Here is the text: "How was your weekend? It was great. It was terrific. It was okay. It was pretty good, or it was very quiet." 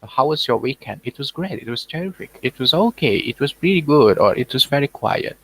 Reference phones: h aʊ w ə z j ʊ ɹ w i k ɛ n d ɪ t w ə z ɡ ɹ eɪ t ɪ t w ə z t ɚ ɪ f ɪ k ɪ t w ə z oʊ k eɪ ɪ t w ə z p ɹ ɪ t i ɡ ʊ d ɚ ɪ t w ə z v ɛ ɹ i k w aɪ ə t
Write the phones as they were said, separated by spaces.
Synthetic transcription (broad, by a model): h aʊ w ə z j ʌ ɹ w i k ɛ n d ɪ t w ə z ɡ ɹ eɪ t ɪ t w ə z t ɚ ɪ f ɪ k ɪ t w ə z oʊ k eɪ ɪ t w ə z p ɹ ɪ t i ɡ ʊ d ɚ ɪ t w ə z v ɛ ɹ i k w aɪ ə t